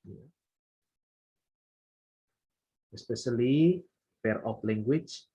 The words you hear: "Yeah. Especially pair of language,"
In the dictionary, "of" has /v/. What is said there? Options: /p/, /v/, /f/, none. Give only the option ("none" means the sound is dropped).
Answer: /p/